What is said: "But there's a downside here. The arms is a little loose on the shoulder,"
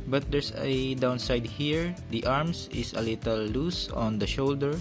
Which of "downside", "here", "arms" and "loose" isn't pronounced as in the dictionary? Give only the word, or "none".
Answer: arms